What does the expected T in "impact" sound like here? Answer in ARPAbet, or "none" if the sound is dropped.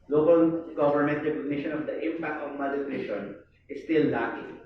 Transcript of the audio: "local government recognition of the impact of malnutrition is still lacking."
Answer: T